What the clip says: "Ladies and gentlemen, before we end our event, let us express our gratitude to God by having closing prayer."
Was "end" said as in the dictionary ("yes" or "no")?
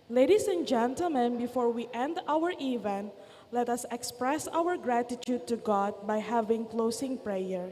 yes